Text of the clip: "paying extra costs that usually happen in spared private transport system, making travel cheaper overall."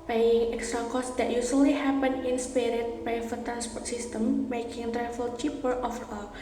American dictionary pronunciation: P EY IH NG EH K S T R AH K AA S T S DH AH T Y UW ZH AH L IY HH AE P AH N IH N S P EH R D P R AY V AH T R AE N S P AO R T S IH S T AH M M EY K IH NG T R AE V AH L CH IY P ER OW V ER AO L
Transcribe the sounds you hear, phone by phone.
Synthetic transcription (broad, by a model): P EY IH NG EH K S T R AH K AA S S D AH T Y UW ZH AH L IY HH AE P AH N IH N S P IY R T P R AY F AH T R AE N S P AO R T S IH S T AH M M EY K IH NG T R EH F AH L CH IY P ER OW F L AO